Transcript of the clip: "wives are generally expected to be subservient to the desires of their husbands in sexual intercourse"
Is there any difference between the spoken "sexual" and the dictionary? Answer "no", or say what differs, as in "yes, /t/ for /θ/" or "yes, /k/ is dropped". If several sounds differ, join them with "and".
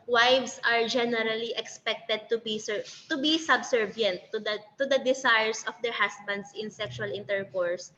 no